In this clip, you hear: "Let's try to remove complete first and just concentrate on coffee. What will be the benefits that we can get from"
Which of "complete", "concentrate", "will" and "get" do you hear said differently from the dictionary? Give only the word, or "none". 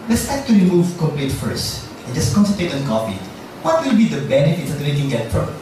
concentrate